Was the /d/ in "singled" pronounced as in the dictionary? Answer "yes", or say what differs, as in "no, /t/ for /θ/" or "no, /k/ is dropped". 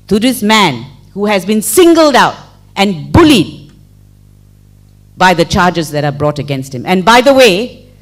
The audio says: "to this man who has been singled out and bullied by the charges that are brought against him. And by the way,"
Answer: yes